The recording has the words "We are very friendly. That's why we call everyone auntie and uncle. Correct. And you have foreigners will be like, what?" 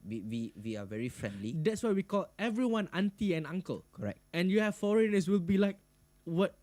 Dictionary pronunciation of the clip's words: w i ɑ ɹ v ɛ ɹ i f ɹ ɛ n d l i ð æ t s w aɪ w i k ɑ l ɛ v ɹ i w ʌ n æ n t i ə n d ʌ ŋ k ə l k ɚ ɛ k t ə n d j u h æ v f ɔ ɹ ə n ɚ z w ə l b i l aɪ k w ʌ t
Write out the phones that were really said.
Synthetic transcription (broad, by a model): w i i w v ɛ ɹ i f ɹ ɛ n d l i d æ t s w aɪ w i k ɑ l ɛ v ɹ i w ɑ n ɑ n t i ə n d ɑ ŋ k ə l k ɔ ɛ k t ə n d j u h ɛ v f ɔ ɹ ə n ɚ s w ə l b i l aɪ k w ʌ t